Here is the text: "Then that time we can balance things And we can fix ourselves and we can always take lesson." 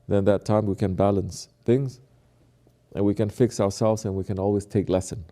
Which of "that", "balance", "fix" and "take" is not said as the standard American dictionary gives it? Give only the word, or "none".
none